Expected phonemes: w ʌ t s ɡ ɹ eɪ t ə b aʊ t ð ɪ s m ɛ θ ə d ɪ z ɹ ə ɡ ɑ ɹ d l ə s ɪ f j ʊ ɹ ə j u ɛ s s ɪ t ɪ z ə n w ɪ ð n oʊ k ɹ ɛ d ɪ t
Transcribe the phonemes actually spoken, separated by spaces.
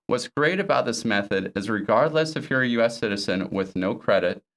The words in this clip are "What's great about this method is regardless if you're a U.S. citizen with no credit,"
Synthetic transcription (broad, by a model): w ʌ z ɡ ɹ eɪ t ə b aʊ t ð ɪ s m ɛ θ ə d ɪ z ɹ ə ɡ ɑ ɹ d l ə s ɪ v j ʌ ɹ j u ɛ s s ɪ t ɪ z ə n w ɪ ð n oʊ k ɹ ɛ d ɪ t